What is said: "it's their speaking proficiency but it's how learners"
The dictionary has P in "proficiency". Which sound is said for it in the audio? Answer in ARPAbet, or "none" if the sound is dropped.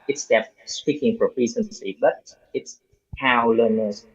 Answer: F